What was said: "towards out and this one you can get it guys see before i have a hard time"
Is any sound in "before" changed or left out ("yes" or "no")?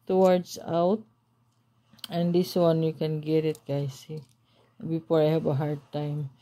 yes